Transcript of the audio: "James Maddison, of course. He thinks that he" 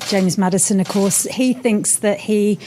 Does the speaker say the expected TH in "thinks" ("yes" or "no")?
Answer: yes